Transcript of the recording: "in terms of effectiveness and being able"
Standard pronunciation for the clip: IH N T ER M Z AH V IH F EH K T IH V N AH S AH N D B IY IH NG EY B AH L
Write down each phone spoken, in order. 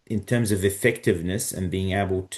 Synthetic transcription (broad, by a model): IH N T ER M Z AH V IH F EH K T IH V N AH S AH N B IY IH NG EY B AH L